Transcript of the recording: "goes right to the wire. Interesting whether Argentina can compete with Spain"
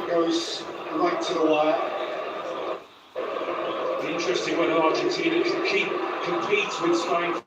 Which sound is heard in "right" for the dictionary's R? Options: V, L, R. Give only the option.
L